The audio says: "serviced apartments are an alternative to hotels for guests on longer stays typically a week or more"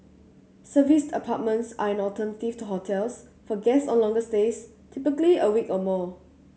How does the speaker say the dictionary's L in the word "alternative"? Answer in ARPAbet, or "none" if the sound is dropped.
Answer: none